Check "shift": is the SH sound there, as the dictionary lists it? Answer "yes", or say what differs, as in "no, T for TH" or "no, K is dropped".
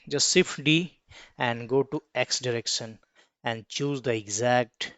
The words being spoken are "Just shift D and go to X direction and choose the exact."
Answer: no, S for SH